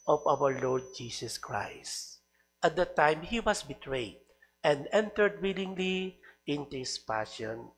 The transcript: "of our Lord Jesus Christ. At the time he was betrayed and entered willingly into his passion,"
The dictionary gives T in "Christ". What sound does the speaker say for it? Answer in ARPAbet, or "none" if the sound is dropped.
T